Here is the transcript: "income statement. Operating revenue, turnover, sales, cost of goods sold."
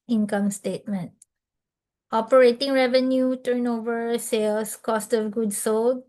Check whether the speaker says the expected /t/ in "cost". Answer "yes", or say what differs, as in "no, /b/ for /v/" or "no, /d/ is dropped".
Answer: yes